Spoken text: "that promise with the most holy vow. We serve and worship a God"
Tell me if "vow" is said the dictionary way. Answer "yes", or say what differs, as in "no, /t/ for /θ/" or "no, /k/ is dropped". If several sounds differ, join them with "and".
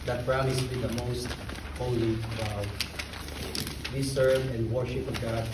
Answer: no, /b/ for /v/